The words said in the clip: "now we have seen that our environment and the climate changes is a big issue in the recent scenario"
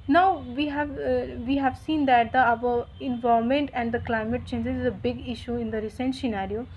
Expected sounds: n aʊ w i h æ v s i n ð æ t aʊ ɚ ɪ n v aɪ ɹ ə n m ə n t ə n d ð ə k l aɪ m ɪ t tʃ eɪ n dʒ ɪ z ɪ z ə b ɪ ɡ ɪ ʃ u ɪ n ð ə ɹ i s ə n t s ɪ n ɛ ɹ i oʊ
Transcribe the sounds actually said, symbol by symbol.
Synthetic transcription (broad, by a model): n aʊ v i h æ v s i n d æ t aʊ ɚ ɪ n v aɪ ə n m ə n t ə n d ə k l aɪ m ɪ t tʃ eɪ n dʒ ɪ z ɪ z ə b ɪ ɡ ɪ ʃ u ɪ n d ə ɹ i s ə n t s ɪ n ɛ ɹ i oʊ